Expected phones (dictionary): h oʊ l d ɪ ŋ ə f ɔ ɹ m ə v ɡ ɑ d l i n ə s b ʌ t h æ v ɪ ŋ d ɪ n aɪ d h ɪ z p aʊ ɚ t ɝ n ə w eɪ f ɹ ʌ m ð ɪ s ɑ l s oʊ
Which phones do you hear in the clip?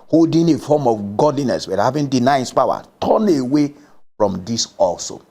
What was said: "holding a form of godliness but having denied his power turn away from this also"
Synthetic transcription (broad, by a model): h oʊ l d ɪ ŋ ə f ɔ m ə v ɡ ɑ d l i n ə s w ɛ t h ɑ v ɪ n d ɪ n aɪ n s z p aʊ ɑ t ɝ n ə w eɪ f ɹ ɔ m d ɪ s ɑ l s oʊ